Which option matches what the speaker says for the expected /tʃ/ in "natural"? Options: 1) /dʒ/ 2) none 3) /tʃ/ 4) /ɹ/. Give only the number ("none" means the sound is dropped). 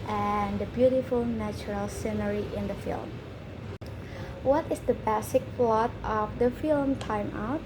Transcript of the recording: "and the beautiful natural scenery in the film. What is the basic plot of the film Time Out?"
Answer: 3